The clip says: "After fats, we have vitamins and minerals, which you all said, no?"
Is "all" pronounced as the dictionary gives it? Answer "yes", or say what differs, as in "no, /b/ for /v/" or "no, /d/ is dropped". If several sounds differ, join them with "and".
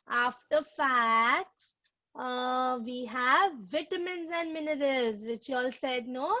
yes